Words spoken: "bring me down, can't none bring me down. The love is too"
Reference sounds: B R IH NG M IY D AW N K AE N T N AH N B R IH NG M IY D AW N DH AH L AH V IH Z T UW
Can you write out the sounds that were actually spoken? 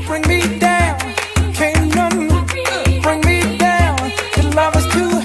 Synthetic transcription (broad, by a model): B R IH NG M IY D AW N K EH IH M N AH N B R IH NG M IY D AW N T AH L AH V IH S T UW